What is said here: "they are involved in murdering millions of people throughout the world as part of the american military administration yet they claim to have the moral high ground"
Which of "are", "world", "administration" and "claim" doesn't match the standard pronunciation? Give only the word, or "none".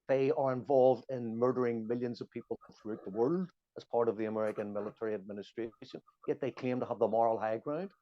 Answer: claim